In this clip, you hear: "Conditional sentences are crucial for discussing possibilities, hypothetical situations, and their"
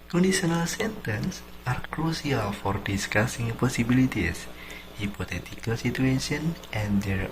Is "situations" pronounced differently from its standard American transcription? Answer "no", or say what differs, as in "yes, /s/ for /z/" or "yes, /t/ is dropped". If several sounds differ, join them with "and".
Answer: yes, /z/ is dropped